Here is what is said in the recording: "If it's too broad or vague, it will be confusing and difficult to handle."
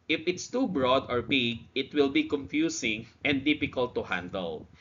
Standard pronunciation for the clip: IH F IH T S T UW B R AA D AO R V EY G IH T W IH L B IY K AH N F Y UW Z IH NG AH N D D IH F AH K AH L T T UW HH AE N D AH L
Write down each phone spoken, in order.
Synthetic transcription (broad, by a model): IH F IH T S T UW B R AA D AO R B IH G IH T W IH L B IY K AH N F Y UW S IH NG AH N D D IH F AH K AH L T T UW HH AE N D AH L